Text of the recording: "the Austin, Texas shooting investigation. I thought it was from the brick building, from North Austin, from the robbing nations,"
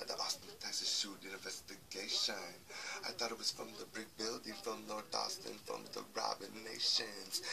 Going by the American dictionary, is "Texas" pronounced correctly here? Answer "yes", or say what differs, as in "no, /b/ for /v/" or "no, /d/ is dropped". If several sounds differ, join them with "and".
no, /k/ is dropped